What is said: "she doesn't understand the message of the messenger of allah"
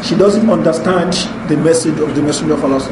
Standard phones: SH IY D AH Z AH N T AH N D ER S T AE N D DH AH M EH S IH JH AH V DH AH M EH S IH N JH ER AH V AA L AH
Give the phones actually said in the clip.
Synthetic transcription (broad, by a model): SH IY D AH Z AH N T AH N D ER S T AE N D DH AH M EH S IH JH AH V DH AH M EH S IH JH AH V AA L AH